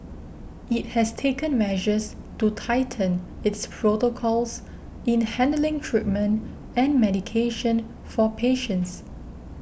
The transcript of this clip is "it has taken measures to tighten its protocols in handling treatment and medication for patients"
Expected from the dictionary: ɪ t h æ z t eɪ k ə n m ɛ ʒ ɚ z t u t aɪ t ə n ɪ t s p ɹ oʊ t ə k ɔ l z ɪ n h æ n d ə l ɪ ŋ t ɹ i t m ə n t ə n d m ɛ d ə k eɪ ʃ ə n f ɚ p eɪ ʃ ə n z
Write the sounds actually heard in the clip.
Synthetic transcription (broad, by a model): ɪ t h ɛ s t eɪ k ə n m ɛ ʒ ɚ s t u t aɪ t ə n ɪ t s p ɹ oʊ t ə k ɔ l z ɪ n h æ n d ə l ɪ ŋ t ɹ i t m ə n t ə n m ɛ d ə k eɪ ʃ ə n f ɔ p eɪ ʃ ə n s